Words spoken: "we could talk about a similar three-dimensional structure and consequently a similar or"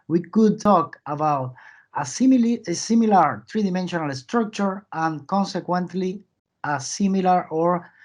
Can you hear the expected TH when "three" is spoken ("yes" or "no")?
no